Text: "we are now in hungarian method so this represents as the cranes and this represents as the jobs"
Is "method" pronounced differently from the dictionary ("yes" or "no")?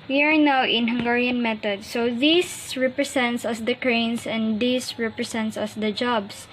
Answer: yes